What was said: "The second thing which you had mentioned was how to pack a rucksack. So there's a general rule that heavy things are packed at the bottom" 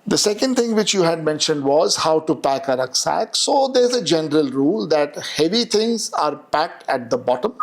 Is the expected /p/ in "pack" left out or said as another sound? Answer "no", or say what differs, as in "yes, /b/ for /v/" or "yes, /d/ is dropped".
no